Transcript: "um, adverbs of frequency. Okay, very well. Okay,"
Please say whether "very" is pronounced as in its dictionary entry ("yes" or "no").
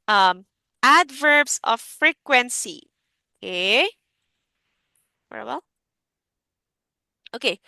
no